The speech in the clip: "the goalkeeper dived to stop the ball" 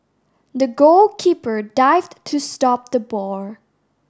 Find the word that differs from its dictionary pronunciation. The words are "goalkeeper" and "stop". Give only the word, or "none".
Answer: none